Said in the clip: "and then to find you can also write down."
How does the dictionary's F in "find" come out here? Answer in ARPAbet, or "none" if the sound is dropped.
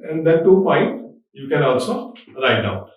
P